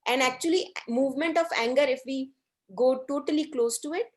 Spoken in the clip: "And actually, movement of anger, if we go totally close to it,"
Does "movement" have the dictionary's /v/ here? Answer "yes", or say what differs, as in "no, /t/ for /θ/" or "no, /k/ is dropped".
yes